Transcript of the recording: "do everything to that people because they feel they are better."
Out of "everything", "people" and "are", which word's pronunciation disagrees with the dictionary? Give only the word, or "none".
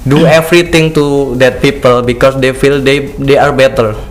everything